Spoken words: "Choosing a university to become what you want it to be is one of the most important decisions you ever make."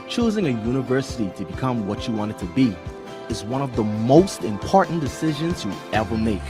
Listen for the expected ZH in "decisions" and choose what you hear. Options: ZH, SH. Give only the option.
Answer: ZH